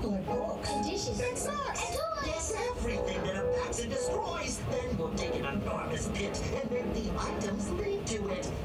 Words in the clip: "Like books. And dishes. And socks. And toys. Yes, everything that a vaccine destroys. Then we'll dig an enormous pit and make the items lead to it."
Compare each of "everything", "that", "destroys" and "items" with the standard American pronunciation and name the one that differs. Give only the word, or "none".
none